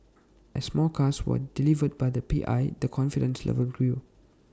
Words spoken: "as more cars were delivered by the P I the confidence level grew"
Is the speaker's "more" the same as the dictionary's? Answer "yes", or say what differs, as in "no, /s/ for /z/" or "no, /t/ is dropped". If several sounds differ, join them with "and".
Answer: no, /l/ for /ɹ/